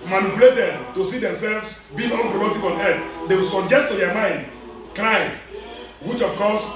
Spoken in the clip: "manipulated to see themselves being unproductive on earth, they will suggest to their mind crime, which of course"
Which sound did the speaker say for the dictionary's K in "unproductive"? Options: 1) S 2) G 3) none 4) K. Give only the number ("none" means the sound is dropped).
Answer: 3